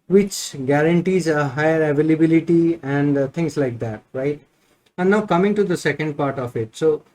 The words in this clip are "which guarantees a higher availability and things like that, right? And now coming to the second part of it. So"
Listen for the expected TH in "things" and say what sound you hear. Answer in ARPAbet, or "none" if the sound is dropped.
T